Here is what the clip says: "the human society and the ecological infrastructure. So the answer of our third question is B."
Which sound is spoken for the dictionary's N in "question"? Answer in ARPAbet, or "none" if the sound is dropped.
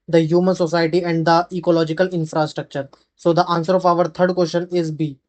N